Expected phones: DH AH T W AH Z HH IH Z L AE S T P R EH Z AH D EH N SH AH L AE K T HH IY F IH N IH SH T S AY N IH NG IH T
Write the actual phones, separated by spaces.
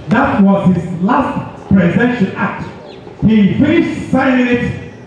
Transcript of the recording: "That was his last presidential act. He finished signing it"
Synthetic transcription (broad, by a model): DH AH T W AH Z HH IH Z L AE S T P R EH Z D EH SH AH N AE K T HH IY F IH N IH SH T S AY IH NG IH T